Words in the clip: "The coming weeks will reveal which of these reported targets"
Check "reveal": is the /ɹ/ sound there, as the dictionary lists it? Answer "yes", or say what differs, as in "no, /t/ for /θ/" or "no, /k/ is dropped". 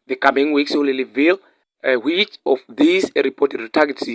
no, /l/ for /ɹ/